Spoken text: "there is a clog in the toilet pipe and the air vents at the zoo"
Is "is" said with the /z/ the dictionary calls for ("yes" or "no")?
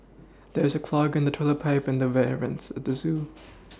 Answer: yes